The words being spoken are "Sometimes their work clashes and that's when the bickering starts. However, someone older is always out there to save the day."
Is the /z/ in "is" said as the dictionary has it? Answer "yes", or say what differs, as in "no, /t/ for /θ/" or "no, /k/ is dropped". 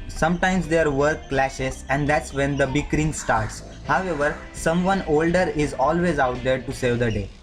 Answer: yes